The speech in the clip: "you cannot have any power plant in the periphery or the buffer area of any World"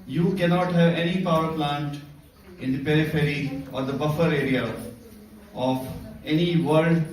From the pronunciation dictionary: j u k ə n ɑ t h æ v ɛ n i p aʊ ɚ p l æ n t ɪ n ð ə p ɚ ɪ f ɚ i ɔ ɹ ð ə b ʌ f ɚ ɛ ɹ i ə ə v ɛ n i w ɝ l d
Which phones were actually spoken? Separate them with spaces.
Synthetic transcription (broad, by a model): j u k ə n ɑ t h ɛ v ɛ n i p aʊ ɚ p l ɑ n t ɪ n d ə p ɚ ɪ f ɚ i ɔ ɹ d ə b ʌ f ɚ ɛ ɹ i ə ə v ɛ n i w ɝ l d